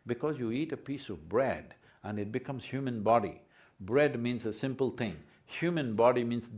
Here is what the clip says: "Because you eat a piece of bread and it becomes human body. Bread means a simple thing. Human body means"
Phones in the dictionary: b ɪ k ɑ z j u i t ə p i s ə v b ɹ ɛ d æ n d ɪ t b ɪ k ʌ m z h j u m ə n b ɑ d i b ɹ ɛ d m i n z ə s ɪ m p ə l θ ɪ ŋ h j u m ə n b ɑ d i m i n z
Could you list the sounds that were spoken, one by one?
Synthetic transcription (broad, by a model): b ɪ k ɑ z j u i t ə p i s ə v b ɹ ɛ d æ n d ɪ t b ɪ k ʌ m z h j u m ə n b ɑ d i b ɹ ɛ d m i n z ə s ɪ m p ə l t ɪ ŋ h j u m ə n b ɑ d i m i n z